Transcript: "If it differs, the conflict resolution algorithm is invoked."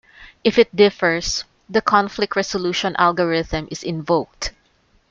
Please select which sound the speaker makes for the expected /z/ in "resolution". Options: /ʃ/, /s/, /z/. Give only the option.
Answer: /s/